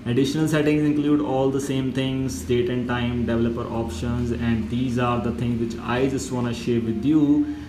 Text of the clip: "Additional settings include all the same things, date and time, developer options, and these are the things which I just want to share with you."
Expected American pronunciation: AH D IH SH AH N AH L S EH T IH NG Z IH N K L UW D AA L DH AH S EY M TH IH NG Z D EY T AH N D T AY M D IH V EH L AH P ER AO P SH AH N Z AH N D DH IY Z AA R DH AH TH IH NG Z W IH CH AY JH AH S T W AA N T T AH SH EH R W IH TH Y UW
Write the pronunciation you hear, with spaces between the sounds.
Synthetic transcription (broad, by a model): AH D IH SH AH N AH L S EH T IH NG Z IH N K L UW D AA L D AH S EY M T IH NG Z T EY T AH N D T AY M D IH V EH L AH P ER AO P SH AH N Z AH N D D IY Z AA R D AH T IH NG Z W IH CH AY JH AH S T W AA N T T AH SH EH R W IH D Y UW